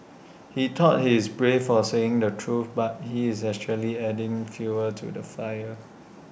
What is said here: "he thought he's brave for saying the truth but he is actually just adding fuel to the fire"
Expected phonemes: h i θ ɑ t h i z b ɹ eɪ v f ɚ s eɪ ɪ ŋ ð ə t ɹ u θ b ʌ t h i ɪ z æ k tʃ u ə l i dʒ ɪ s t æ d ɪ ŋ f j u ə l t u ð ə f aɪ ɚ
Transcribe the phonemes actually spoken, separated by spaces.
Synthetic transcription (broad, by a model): h i t ɑ t h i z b ɹ eɪ f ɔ s eɪ ɪ ŋ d ə t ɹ u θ b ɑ t h i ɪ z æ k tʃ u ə l i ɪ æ d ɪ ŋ f j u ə t u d ə f aɪ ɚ